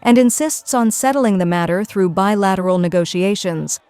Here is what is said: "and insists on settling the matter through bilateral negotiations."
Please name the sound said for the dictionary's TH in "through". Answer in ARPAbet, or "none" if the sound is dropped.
TH